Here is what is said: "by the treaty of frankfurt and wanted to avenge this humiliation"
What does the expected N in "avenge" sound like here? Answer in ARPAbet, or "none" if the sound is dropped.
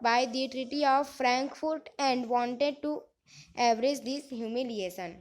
none